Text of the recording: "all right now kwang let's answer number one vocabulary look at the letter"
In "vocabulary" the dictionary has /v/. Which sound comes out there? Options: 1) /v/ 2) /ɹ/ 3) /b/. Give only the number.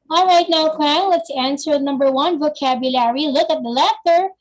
1